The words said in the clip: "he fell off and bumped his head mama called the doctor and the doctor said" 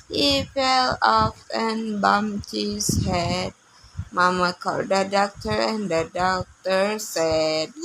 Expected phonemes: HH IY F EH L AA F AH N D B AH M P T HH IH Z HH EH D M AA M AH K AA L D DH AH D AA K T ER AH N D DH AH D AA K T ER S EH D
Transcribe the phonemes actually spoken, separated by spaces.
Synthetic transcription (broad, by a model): HH IY F EH L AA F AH N B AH M T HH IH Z HH EH D M AA M AH K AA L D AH D AA K T ER AH N D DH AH D AA K T ER S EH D